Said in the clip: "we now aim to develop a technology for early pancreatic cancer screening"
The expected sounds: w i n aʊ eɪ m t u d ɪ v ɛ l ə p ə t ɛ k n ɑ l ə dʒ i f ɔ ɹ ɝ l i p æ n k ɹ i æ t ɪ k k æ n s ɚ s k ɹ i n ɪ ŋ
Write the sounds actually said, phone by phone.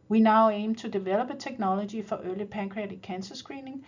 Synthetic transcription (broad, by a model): w i n aʊ eɪ m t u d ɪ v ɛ l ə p ə s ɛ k n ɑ l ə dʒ i f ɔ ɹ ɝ l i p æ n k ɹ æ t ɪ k k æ n s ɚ s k ɹ i n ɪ ŋ